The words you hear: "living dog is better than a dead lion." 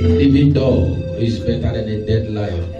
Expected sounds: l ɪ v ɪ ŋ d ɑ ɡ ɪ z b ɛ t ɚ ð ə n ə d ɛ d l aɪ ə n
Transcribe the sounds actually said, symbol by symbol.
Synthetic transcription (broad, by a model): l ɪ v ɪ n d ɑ ɪ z b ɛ t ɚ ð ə n ə d ɛ d l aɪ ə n